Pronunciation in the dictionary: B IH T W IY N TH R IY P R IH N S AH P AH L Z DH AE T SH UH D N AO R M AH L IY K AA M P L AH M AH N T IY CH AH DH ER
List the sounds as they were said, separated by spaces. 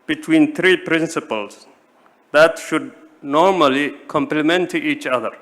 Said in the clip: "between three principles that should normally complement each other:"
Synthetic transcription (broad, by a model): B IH T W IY N T R IY P R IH N S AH P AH L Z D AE T SH UH D N AO R M AH L IY K AA M P L AH M AH N T IY CH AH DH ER